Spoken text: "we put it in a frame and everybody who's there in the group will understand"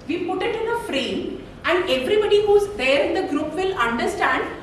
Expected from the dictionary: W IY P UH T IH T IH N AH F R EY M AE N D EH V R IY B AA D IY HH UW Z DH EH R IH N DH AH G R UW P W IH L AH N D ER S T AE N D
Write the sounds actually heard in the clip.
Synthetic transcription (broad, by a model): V IY P UH T IH T IH N AH F R EY M AE N D EH V R IY B AA D IY HH UW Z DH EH R IH N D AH G R UW P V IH L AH N D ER S T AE N D